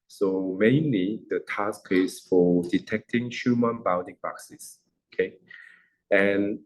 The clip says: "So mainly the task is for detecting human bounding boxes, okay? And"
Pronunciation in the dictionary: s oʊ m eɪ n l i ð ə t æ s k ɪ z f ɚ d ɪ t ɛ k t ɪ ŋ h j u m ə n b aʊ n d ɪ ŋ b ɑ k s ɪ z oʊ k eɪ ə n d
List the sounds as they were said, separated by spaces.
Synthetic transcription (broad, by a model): s oʊ m eɪ n l i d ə t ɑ s k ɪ s f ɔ d ɪ t ɛ k t ɪ ŋ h j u m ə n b aʊ n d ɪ ŋ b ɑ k s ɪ s oʊ k eɪ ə n